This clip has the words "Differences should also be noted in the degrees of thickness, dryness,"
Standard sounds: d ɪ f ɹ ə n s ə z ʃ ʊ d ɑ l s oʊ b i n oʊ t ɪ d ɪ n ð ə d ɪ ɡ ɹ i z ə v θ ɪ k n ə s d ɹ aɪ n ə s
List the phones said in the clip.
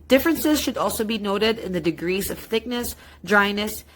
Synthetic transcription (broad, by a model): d ɪ f ɹ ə n s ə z ʃ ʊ d ɑ l s oʊ b i n oʊ t ɪ d ɪ n ð ə d ɪ ɡ ɹ i z ə v θ ɪ k n ə s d ɹ aɪ n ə s